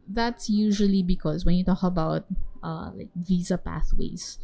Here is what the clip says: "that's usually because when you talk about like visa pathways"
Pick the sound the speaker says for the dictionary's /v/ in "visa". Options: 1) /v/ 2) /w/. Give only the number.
1